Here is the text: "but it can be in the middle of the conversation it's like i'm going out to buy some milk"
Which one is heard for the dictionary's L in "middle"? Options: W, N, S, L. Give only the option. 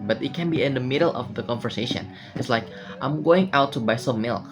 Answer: L